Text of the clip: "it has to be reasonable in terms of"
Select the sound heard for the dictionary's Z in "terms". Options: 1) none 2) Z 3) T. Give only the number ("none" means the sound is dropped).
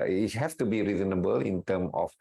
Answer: 1